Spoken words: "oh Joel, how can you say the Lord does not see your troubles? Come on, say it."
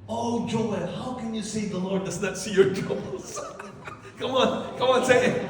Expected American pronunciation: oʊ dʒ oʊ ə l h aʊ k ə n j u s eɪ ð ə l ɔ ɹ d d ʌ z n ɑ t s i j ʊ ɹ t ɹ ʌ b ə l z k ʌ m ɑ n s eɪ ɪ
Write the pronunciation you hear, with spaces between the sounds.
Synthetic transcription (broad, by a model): oʊ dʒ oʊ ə n h aʊ k ə n j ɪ s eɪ ð ə l ɔ ɹ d d ʌ z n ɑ t s i j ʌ ɹ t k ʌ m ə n k ʌ m ɑ n s eɪ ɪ